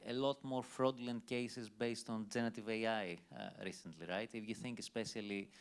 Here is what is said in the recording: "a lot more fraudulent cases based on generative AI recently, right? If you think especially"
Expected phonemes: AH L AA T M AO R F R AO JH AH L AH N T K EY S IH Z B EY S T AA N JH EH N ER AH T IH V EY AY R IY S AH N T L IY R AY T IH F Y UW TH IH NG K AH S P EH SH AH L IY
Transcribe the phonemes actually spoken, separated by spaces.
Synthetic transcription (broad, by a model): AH L AA T M AO R F R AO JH L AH N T K EY S IH Z B EY S T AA N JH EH N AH T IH V EY AY R IY S AH N T L IY R AY T IH F Y UW TH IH NG K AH S P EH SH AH L IY